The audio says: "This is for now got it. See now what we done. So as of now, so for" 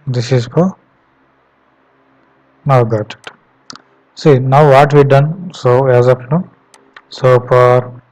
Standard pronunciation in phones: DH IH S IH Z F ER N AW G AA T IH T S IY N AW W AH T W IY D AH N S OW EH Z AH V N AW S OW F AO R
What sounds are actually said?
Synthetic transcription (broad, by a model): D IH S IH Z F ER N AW G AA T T S IY N AW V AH T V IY D AH N S OW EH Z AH P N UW S OW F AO R